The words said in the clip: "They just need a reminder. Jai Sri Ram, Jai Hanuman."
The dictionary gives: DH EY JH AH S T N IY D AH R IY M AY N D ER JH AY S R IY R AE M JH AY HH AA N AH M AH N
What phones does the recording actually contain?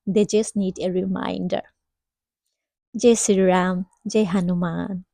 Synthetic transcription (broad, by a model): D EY JH AH S T N IY D AH R IY M AY N D ER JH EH S IY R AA M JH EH HH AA N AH M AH N